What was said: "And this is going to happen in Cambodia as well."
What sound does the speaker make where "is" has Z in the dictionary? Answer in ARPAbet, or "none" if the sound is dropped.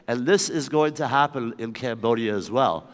Z